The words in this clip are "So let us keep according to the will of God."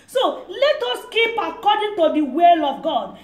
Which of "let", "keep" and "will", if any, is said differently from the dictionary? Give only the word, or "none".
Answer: none